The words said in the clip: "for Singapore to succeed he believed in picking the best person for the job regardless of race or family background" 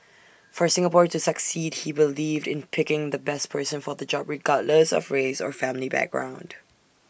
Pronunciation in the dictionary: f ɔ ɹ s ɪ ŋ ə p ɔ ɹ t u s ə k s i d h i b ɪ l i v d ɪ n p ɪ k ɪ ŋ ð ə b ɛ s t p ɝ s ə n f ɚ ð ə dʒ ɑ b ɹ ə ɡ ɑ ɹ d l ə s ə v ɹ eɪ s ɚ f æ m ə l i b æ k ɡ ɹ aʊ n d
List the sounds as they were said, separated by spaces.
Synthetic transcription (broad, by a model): f ɔ ɹ s ɪ ŋ ə p ɔ ɹ t u s ə k s i d h i b ɪ l i v d ɪ n p ɪ k ɪ ŋ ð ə b ɛ s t p ɝ s ə n f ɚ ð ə dʒ ɑ b ɹ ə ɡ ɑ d l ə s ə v ɹ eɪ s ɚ f æ m ə l i b æ k ɡ ɹ aʊ n d